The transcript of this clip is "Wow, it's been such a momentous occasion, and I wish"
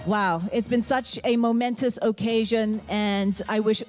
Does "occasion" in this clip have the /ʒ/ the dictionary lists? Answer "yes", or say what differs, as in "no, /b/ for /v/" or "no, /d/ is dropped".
yes